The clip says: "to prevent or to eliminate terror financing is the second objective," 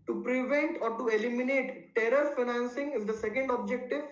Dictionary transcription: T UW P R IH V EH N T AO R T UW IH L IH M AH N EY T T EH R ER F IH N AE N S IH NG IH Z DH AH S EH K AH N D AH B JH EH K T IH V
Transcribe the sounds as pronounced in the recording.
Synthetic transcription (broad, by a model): T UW P R IH V EH N T AO R T UW IH L IH M AH N EY T T EH R ER F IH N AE N S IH NG IH Z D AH S EH K AH N D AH B JH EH K T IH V